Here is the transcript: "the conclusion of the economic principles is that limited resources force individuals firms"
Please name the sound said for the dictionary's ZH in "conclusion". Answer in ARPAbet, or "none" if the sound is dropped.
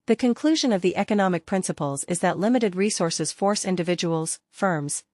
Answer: ZH